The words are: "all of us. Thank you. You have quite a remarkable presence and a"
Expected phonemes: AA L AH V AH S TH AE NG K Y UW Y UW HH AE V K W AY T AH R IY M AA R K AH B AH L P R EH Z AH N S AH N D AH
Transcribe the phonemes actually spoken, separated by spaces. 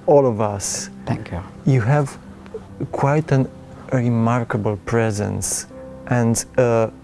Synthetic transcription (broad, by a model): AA L AH V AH S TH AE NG K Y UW Y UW HH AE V K W AY T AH R IY M AA R K AH B AH L P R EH Z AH N S AH N D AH